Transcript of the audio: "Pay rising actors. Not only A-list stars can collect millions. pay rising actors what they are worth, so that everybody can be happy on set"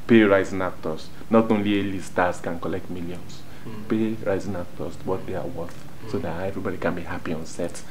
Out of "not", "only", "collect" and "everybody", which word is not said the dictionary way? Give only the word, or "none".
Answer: none